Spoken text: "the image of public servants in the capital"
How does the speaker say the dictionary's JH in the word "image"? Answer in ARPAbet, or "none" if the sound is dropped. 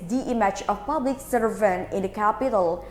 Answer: CH